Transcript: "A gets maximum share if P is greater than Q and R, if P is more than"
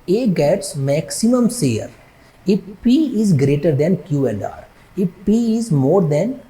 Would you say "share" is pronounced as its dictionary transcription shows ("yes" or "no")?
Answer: no